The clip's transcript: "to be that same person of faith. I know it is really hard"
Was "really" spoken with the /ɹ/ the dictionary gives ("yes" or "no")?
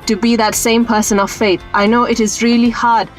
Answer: yes